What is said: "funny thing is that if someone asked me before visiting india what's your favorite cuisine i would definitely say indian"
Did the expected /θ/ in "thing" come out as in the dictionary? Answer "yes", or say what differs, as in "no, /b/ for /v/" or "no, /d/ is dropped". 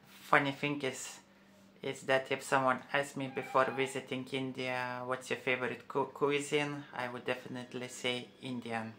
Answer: no, /f/ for /θ/